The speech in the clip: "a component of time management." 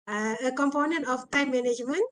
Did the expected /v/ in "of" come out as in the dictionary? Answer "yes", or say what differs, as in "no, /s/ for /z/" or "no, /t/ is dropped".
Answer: no, /p/ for /v/